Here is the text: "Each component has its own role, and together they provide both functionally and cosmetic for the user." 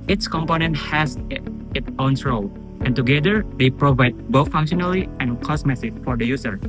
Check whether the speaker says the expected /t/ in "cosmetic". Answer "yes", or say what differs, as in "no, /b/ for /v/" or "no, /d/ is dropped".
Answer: no, /s/ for /t/